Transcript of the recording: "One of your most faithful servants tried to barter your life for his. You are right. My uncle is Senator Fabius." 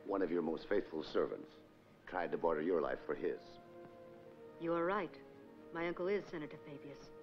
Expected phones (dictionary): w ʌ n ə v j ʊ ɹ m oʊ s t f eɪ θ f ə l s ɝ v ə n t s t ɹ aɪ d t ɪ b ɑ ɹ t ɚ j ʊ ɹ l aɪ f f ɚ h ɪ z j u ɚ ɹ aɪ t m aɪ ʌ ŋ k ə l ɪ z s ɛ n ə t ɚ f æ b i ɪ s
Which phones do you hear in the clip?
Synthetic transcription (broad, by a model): w ʌ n ə v j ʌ ɹ m oʊ s t f eɪ θ f ə l s ɝ v ə n t s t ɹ aɪ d t ɪ b ɑ ɹ t ɚ j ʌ ɹ l aɪ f f ɚ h ɪ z j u ɚ ɹ aɪ t m aɪ ʌ ŋ k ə l ɪ z s ɛ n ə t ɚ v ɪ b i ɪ s